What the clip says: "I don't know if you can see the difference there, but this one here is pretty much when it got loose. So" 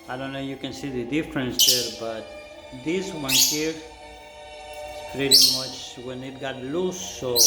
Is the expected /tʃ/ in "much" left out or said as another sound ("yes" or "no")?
no